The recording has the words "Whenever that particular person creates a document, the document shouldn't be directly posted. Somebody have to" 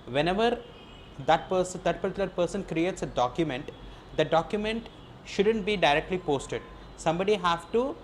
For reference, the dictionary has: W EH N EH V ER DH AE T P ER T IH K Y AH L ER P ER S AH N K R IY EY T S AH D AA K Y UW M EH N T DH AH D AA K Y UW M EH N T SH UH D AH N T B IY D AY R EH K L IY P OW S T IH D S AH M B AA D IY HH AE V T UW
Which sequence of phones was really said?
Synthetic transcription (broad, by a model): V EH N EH V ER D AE T P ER S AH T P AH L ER P ER S AH N K R IY EY T S AH D AA K Y UW M EH N T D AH D AA K Y UW M EH N T SH UH D AH N T B IY D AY R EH K L IY P OW S T IH D S AH M B AA D IY HH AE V T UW